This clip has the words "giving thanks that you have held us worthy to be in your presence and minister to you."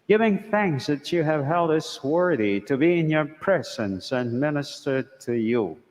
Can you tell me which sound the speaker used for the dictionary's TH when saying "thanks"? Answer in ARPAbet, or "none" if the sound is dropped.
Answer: TH